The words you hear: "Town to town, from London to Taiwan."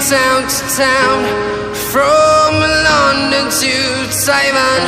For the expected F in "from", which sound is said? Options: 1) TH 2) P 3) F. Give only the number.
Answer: 3